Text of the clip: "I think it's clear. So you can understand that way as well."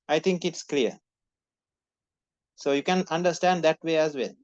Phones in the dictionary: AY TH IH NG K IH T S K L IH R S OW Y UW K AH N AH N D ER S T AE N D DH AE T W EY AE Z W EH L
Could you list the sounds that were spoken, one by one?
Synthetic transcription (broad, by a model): AY T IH NG K IH T S K L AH R S OW Y UW K AH N AH N D ER S T AE N D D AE T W EY AE Z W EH L